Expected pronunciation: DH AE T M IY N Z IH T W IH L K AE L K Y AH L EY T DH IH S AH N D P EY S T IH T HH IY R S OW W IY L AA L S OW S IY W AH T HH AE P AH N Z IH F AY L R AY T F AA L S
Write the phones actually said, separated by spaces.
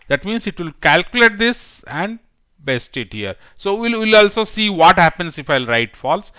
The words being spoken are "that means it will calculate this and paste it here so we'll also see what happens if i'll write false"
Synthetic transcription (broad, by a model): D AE T M IY N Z IH T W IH L K AE L K Y AH L EY T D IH S AH N D B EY S T IH T HH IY R S OW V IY L AA L S OW S IY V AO T HH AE P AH N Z IH F AY L R AY T F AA L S